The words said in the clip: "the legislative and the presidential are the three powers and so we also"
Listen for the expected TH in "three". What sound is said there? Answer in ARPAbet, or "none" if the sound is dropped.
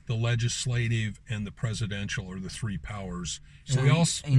TH